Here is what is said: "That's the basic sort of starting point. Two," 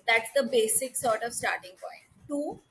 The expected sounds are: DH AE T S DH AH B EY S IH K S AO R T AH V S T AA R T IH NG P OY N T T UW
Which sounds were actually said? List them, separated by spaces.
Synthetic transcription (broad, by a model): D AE T S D AH B EY S IH K S AO R T AH V S T AA R T IH NG P OY N T T UW